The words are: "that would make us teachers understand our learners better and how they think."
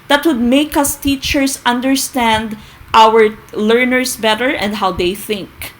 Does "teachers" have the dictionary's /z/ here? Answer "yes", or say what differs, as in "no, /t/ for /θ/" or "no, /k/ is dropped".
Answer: no, /s/ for /z/